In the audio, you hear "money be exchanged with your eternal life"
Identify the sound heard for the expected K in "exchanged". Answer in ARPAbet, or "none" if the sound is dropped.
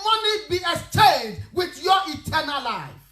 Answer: none